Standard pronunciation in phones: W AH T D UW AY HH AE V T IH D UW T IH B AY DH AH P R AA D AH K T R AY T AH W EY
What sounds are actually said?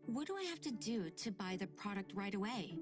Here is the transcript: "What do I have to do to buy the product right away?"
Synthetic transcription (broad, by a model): W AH T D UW AY HH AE F T IH D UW T IH B AY DH AH P R AA D AH K T R AY T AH W EY